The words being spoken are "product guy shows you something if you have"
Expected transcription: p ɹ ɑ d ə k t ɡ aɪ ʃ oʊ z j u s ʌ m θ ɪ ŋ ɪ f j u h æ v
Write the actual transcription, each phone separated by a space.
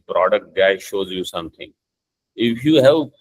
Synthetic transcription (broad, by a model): p ɹ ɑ d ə k t ɡ aɪ ʃ oʊ z j u s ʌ m t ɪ ŋ ɪ f j u h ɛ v